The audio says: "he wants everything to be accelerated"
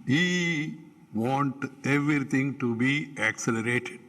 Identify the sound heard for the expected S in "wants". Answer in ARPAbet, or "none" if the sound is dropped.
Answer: none